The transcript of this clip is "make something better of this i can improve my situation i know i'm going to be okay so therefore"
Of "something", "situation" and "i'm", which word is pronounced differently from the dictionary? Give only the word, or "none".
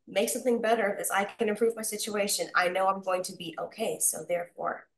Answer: none